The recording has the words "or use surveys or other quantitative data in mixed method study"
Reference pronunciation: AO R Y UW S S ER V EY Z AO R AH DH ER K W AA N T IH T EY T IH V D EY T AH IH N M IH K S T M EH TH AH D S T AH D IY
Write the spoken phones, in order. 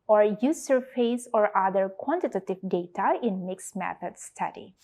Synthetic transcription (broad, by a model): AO R Y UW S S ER F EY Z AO R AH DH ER K W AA N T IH T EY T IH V D EY T AH IH N M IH K S M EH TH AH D S T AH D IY